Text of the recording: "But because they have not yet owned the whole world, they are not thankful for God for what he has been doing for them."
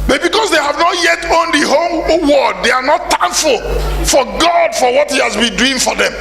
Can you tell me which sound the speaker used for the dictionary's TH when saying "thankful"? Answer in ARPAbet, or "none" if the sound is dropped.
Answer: T